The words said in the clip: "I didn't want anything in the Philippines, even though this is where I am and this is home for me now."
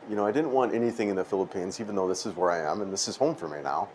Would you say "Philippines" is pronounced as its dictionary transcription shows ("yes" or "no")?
yes